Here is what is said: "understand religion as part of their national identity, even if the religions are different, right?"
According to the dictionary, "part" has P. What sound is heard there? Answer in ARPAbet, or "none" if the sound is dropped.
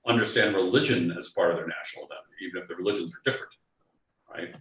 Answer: F